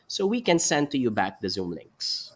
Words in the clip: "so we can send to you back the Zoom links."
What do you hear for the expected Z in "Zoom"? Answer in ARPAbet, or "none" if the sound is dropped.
Z